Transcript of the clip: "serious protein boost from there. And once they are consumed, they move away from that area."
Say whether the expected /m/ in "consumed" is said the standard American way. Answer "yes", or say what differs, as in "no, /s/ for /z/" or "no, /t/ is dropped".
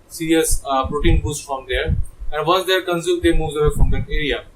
no, /m/ is dropped